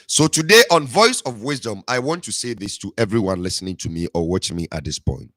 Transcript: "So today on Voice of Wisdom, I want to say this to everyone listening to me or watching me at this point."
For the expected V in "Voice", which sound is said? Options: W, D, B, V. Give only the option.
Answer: V